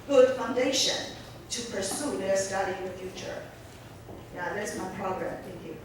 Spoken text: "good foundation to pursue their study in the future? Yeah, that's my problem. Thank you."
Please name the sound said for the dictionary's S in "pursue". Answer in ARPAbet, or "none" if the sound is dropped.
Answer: S